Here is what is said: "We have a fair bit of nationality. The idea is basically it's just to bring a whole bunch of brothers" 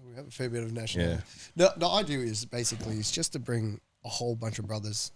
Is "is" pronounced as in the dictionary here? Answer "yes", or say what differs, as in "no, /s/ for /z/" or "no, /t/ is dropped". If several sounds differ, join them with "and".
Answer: yes